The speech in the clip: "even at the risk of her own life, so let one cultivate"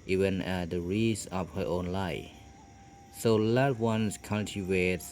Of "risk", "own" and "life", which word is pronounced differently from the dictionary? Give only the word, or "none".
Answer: risk